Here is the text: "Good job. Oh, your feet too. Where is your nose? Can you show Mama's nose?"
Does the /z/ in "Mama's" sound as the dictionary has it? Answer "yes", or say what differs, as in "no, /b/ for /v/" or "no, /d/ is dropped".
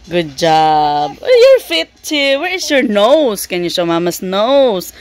no, /s/ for /z/